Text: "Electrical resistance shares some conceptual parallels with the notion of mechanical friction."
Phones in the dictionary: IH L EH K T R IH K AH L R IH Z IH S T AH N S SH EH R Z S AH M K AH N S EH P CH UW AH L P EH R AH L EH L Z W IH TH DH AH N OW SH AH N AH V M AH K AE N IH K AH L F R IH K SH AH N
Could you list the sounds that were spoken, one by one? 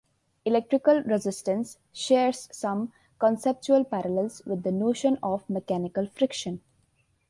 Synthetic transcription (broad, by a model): IH L EH K T R IH K AH L R IH Z IH S T AH N S SH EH R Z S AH M K AH N S EH P CH UW AH L P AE R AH L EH L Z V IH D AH N OW SH AH N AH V M AH K AE N IH K AH L F R IH K SH AH N